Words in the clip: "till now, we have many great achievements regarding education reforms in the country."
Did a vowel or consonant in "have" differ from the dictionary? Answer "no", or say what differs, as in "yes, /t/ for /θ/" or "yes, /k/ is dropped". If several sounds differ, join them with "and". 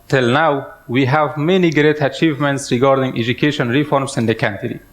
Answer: no